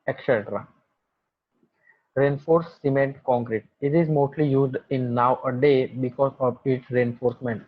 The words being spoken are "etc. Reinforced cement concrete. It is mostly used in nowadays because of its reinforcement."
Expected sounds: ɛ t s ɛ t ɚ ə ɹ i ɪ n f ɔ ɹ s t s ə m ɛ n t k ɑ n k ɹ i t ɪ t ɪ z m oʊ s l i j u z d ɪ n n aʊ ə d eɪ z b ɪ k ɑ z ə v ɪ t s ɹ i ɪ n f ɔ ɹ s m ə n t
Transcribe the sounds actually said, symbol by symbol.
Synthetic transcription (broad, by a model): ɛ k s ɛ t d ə ɹ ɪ n f ɔ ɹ t s ə m ɛ n t k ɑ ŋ k ɹ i t ɪ t ɪ z m oʊ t l i j u z d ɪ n n aʊ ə d eɪ b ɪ k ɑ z ə v ɪ t s ɹ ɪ n f ɔ ɹ s m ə n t